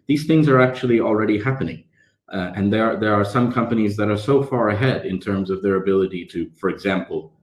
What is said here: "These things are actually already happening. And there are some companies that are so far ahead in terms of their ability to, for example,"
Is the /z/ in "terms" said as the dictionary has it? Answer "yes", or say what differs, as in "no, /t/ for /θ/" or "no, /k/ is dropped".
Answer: yes